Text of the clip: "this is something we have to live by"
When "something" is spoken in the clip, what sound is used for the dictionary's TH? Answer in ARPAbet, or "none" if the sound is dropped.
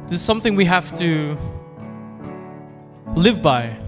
TH